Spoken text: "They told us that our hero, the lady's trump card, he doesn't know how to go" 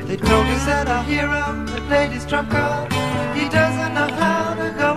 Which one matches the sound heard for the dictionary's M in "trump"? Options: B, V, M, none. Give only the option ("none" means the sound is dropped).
none